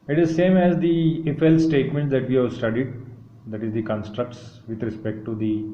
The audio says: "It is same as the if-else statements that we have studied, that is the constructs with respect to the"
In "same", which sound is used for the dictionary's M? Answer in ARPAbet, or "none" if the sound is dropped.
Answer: M